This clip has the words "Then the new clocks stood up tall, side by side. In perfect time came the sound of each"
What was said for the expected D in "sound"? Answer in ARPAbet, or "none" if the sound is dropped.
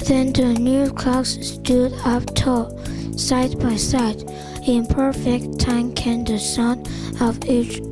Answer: none